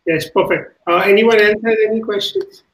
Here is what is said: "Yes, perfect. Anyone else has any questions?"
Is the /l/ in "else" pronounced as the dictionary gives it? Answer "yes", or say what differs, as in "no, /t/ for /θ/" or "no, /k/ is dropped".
no, /n/ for /l/